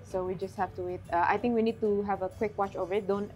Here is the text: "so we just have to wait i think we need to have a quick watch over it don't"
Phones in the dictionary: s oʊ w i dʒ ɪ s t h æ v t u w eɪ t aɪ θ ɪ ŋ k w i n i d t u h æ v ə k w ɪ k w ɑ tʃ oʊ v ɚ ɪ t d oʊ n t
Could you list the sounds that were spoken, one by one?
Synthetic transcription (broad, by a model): s oʊ w i dʒ ɪ s t h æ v t u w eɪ t aɪ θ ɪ ŋ k w i n i d t u h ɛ v ə k w ɪ k w ɑ tʃ oʊ v ɚ ɪ t d oʊ n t